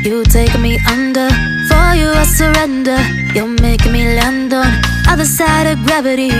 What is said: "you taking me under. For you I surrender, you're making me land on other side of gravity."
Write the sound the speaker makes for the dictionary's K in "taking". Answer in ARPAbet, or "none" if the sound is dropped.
none